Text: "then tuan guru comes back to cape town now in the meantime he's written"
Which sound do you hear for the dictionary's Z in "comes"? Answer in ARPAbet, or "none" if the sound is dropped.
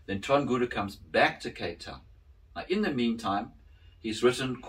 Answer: Z